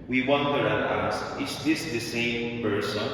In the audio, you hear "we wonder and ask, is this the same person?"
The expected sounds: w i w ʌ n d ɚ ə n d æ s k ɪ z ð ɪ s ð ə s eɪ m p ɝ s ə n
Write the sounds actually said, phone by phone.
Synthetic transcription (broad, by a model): w i w ʌ n d ɚ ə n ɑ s ɪ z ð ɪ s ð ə s eɪ m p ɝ s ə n